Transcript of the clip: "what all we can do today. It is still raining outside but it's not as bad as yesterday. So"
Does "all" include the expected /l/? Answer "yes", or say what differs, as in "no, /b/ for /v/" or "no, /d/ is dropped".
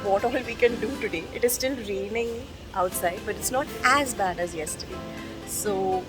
yes